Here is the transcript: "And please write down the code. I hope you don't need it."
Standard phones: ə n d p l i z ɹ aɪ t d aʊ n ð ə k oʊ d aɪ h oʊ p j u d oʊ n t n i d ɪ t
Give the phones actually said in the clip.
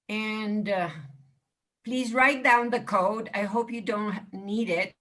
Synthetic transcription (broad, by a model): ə n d p l i z ɹ aɪ t d aʊ n ð ə k oʊ d aɪ h oʊ p j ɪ d oʊ n t n i d ɪ t